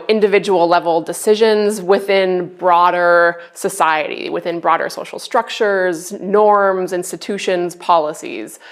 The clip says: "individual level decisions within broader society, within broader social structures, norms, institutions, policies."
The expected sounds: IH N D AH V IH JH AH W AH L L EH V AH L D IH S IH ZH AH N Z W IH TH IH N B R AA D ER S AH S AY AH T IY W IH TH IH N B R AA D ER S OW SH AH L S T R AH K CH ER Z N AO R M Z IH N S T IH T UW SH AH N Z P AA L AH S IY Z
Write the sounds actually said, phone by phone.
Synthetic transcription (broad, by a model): IH N D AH V IH JH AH W L L EH V L D IH S IH ZH AH N Z W IH TH IH N B R AA D ER S AH S AY AH T IY W IH TH IH N B R AA D ER S OW SH L S T R AH K CH ER Z N AO R M Z IH N S T IH T UW SH AH N Z P AA L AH S IY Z